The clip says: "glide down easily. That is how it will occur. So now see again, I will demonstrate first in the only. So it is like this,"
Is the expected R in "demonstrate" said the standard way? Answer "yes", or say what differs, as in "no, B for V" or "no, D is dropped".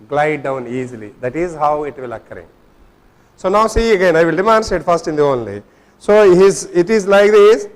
no, R is dropped